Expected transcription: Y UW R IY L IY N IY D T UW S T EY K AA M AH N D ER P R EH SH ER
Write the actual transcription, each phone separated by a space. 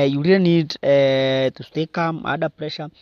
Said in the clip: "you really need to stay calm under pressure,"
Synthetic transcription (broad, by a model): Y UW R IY IY N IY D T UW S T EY K AA M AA D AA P R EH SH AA